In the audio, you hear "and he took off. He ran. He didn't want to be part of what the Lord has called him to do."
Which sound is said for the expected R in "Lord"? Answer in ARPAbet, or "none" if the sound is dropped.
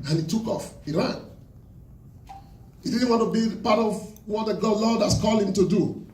L